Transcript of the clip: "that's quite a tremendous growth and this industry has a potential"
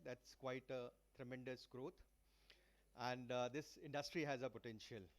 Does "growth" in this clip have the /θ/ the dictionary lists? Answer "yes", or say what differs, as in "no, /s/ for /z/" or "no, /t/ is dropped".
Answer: no, /t/ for /θ/